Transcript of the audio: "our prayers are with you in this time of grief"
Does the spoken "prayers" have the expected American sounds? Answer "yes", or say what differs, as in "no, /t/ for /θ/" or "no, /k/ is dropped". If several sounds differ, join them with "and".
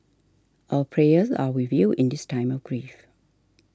yes